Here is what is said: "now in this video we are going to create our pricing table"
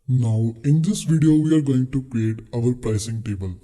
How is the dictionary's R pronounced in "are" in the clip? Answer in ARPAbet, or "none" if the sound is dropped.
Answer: R